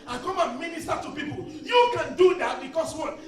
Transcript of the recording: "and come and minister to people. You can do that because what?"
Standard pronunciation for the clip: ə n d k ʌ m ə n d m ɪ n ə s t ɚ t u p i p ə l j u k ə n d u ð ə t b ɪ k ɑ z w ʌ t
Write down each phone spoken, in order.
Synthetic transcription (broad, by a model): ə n k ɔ m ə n m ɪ n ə s t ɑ t u p i p ə l j u k ə n d u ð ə t b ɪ k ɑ s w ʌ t